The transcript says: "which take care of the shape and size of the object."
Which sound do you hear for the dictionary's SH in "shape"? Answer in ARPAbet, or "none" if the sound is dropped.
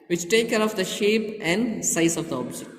SH